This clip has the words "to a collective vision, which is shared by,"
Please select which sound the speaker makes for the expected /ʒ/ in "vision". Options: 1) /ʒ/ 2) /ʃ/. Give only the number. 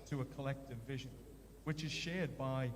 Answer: 1